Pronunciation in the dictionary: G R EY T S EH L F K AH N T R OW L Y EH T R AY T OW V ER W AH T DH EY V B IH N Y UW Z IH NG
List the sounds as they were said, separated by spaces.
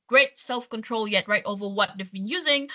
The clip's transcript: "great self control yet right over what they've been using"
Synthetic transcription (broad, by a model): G R EY T S EH L F K AH N T R OW L Y EH T R AY T OW V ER W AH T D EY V B IH N Y UW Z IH NG